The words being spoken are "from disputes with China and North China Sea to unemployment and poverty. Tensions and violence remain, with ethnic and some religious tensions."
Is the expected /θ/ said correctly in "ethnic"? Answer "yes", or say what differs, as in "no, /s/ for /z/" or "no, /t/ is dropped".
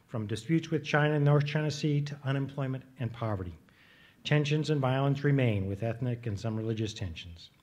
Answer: yes